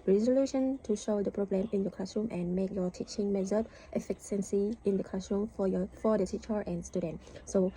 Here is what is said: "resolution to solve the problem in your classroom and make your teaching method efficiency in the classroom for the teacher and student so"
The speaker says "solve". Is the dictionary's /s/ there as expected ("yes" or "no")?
no